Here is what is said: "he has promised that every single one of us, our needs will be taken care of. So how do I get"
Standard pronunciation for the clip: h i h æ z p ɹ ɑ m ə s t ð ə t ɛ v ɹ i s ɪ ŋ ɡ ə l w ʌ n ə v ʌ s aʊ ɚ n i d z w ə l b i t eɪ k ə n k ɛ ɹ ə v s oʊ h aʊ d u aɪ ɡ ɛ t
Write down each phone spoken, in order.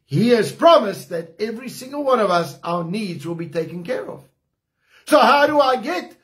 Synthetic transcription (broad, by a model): h i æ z p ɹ ɑ m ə s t ð ə t ɛ v ɹ i s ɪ ŋ ɡ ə l w ʌ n ə v ʌ s aʊ ɚ n i d z w ə l b i t eɪ k ə n k ɛ ɹ ə v s oʊ h aʊ d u aɪ ɡ ɛ t